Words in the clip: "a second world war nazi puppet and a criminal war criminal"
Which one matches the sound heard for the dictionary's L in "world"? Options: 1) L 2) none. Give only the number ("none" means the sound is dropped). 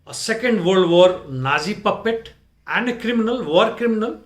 2